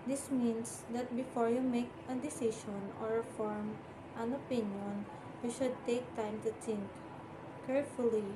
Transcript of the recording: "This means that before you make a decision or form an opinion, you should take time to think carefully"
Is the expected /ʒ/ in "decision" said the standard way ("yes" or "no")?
no